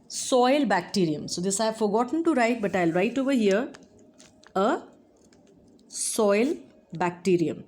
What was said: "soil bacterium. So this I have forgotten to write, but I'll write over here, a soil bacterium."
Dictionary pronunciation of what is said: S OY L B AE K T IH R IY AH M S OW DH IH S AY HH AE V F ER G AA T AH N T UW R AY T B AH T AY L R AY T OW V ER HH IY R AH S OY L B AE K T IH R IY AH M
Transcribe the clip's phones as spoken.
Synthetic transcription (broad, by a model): S OY L B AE K T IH R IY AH M S OW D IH S AY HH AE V F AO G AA T AH N T UW R AY T B AH T AY L R AY T OW V ER HH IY R AH S OY L B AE K T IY R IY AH M